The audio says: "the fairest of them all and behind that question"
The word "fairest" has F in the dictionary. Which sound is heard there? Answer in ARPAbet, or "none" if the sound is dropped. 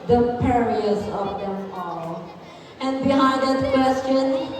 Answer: P